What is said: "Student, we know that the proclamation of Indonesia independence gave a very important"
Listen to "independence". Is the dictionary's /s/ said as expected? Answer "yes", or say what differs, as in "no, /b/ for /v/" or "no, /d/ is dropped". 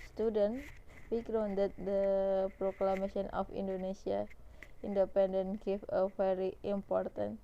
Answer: no, /s/ is dropped